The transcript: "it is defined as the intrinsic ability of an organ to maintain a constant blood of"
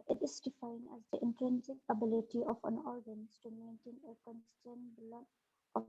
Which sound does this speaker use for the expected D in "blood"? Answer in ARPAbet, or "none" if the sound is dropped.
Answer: none